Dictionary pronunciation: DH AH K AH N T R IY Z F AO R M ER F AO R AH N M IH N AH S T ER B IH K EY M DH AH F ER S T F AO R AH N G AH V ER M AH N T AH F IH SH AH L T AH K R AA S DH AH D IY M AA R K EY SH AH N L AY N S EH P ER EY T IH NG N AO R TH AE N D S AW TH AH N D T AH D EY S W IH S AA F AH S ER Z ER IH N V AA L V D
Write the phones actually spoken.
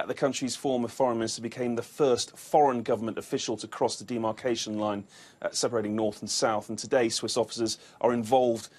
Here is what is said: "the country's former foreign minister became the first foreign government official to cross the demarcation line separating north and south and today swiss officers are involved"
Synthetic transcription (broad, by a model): DH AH K AH N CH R IY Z F AO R M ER F AO R AH N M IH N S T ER B IH K EY M DH AH F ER S T F AO R AH N G AH V ER M AH N T AH F IH SH AH L T AH K R AA S DH AH D IY M AA R K EY SH AH N L AY N S EH P ER EY T IH NG N AO R TH N S AW TH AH N T AH D EY S W IH S AA F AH S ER Z ER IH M V AA L V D